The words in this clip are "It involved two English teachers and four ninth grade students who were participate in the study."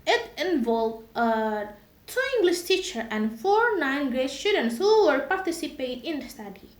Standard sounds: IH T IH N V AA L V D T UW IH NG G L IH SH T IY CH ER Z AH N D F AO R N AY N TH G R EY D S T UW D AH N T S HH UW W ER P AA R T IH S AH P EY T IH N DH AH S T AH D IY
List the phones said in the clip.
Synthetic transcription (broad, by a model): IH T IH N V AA L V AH T UW IH NG G L IH SH T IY CH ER AH N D F AO R N AY N G R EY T S T UW D AH N T S HH UW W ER P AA R T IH S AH P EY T IH N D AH S T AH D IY